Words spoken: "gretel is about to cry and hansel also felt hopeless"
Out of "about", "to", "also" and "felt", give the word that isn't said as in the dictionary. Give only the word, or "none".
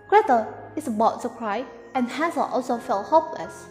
to